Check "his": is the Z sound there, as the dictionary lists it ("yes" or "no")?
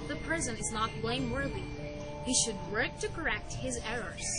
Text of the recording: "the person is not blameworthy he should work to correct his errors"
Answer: yes